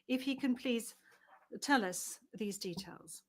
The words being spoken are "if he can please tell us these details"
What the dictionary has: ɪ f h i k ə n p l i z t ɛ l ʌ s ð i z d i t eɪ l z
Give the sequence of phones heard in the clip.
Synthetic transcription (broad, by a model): ɪ f h i k ə n p l i z t ɛ l ʌ s ð i z d i t eɪ l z